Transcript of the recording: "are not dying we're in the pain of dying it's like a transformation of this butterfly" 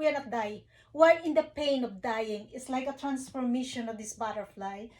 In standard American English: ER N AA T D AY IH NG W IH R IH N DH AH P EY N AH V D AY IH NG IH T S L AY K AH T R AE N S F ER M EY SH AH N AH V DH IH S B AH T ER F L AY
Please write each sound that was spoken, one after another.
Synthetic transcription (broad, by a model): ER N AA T D AY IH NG W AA L IH N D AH P EY N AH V D AY IH NG IH T S L AY K AH T R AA N S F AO M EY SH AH N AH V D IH S B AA T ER F L AY